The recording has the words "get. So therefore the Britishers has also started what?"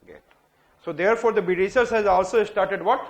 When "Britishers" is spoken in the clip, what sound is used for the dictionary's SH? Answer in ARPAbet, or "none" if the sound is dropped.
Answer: S